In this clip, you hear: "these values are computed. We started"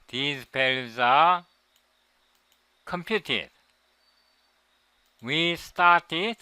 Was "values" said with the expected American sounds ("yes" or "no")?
no